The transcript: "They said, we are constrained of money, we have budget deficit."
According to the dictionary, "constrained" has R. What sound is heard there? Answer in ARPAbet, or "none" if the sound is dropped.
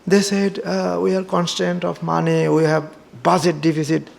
none